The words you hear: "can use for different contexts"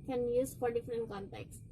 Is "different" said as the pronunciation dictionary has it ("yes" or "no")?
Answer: yes